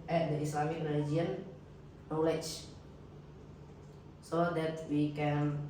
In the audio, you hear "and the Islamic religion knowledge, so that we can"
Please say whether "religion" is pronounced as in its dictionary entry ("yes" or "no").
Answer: no